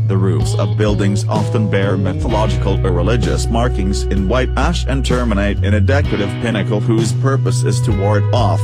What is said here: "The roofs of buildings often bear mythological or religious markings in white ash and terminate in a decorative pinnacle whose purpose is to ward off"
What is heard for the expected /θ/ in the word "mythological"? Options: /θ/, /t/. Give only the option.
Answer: /θ/